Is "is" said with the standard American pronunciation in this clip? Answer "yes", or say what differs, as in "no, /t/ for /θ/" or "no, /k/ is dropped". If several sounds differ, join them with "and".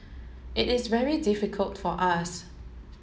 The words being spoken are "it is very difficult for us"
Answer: yes